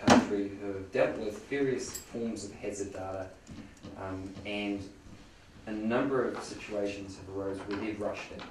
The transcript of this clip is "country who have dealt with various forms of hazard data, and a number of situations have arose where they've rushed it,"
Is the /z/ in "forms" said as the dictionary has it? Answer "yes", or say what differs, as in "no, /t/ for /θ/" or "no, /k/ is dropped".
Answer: yes